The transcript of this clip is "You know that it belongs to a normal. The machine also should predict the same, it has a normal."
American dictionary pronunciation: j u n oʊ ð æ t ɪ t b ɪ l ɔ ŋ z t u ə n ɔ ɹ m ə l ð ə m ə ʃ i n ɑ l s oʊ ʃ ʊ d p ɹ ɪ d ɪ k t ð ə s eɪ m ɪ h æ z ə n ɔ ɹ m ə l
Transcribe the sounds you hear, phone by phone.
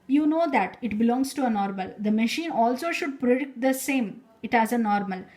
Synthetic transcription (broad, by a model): j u n oʊ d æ t ɪ t b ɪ l ɔ ŋ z t u ə n ɔ ɹ m ə l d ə m ə ʃ i n ɑ l s oʊ ʃ ʊ d p ɹ ɪ d ɪ k t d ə s eɪ m ɪ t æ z ə n ɔ ɹ m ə l